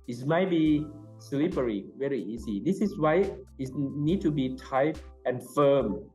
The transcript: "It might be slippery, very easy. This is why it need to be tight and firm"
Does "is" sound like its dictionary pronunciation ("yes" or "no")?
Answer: no